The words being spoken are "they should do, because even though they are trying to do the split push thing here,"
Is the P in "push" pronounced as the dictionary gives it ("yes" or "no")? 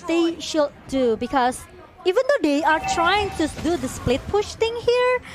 yes